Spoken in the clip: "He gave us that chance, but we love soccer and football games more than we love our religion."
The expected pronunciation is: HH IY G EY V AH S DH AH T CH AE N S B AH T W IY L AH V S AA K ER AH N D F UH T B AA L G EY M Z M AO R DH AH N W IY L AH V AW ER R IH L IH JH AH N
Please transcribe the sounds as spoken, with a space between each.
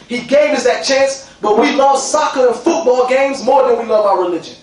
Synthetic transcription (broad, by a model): HH IY G EY V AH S DH AH T CH AE N S B AH T W IY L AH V S AA K ER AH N F UH T B AA L G EY M Z M AO R DH AH N W IY L AH V AW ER R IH L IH JH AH N